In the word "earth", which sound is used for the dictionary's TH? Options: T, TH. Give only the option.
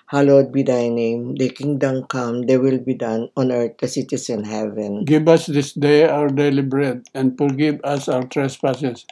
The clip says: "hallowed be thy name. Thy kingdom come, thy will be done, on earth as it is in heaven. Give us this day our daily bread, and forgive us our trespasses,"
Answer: T